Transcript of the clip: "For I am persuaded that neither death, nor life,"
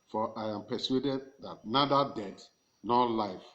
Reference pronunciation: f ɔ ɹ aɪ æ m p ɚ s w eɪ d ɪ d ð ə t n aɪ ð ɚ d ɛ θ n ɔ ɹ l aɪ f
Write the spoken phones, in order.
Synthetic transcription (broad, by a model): f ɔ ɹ aɪ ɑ m p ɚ s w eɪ d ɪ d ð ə t n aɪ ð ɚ d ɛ t n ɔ l aɪ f